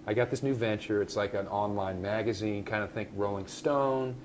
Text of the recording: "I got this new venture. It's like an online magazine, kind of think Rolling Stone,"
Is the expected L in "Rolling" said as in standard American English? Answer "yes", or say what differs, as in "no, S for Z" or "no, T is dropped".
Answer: yes